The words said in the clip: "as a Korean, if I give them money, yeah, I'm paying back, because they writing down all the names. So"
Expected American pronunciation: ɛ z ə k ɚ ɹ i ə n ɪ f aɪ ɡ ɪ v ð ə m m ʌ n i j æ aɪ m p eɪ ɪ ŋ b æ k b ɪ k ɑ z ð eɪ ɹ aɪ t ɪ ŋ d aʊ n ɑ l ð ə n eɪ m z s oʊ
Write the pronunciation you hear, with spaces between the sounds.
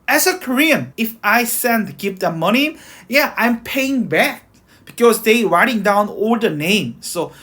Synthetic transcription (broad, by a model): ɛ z ə k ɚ ɹ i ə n ɪ f aɪ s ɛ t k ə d m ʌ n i j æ aɪ m p eɪ ɪ ŋ b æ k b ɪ k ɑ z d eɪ ɹ aɪ t ɪ ŋ d aʊ n ɑ l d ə n eɪ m s oʊ